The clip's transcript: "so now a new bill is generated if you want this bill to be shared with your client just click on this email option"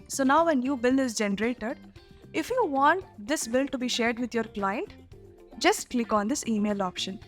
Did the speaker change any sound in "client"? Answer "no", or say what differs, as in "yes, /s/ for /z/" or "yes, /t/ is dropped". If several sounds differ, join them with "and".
no